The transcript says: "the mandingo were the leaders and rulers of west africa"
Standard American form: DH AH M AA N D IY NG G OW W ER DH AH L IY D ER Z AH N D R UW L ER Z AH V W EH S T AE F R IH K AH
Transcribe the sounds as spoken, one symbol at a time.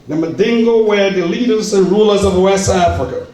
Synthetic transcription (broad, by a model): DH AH M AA D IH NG G OW W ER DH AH L IY D ER Z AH N R UW L ER Z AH V W EH S T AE F R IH K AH